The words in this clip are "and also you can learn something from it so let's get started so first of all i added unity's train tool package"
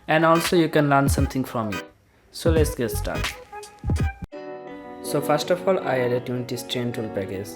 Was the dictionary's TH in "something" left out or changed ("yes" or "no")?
yes